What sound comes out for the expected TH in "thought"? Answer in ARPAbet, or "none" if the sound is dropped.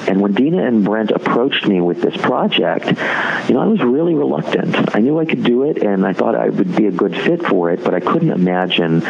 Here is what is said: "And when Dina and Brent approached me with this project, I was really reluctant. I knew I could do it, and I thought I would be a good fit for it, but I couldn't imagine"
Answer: TH